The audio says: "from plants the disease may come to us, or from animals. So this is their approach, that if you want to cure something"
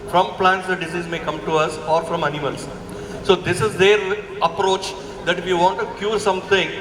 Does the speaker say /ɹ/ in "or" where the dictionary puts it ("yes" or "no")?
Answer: yes